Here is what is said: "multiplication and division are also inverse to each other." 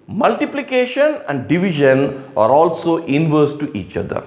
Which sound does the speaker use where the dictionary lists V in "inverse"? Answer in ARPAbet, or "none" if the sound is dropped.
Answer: V